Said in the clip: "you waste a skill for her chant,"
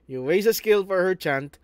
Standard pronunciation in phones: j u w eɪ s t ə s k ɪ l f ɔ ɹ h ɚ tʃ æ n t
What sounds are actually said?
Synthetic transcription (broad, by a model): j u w eɪ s ə s k ɪ l f ɔ ɹ h ɚ tʃ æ n t